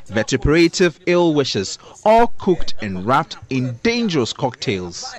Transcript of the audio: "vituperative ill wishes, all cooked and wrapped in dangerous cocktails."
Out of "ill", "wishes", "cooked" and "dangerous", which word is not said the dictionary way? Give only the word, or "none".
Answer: none